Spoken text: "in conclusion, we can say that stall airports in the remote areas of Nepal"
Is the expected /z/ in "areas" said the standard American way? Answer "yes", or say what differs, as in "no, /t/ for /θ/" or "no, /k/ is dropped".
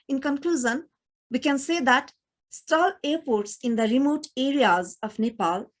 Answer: yes